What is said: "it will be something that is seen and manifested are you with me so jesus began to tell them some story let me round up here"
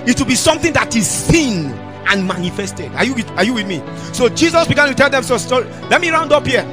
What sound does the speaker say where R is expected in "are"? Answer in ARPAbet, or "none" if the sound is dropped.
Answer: W